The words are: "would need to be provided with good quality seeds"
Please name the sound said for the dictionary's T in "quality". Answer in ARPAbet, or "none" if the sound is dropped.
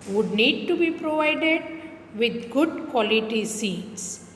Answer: T